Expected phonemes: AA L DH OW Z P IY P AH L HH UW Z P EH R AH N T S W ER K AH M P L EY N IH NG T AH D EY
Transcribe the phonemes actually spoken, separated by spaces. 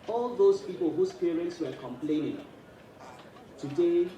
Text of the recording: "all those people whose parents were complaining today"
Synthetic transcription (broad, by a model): AA L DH OW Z P IY P AH L HH UW S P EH R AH N T S W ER K AH M P L EY N IH NG T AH D EY